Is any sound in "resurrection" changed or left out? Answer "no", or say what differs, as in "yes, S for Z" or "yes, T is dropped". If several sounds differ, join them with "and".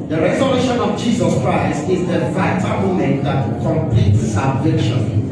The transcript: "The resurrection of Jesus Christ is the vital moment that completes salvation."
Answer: yes, K is dropped